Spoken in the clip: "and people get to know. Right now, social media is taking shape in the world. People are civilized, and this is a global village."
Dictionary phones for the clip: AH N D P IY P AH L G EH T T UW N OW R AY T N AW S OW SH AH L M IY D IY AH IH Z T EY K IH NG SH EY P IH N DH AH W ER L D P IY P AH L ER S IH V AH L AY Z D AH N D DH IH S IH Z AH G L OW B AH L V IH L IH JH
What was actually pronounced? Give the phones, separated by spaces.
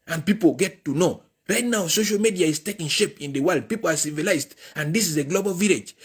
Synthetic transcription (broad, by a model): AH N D P IY P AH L G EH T T UW N OW R AY T N AW S OW SH AH L M IY D IY AH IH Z T EY K IH NG SH EY P IH N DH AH W ER L D P IY P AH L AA S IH V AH L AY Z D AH N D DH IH S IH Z AH G L OW B AH L V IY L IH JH